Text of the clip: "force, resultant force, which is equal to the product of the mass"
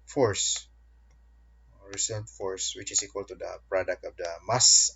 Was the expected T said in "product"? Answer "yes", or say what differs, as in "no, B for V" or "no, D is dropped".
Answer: yes